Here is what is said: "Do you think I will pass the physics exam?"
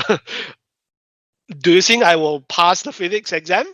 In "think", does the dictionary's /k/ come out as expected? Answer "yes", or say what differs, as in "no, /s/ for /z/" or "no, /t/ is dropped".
no, /k/ is dropped